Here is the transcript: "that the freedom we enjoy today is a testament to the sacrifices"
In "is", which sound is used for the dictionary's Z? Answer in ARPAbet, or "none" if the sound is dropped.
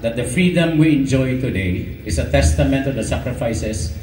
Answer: S